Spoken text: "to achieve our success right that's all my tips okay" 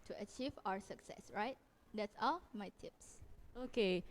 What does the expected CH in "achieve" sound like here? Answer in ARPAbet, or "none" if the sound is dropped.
CH